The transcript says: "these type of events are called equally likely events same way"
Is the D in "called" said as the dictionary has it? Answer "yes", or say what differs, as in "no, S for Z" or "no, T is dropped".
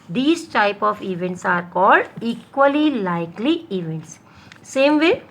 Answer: yes